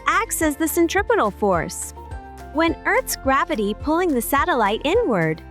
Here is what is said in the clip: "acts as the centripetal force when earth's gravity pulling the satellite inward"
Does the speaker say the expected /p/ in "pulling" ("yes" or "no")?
yes